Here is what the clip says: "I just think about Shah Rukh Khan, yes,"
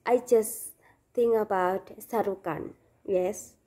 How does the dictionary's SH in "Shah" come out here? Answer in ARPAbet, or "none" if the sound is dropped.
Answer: S